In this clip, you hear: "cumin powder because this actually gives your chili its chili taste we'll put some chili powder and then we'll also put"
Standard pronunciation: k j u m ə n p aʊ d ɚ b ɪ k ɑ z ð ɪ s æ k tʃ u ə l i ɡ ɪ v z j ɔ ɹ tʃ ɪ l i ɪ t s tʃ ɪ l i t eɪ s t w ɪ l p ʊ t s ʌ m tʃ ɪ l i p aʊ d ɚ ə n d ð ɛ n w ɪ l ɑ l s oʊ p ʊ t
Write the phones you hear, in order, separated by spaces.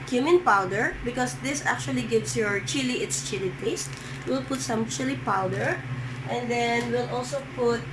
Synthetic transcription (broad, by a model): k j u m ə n p aʊ d ɚ b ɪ k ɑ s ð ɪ s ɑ k tʃ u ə l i ɡ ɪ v s j ɔ ɹ tʃ ɪ l i ɪ t s tʃ ɪ l i t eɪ s t w ɪ l p ʊ t s ʌ m tʃ ɪ l i p aʊ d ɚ ə n d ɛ n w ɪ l ɑ l s oʊ p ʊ t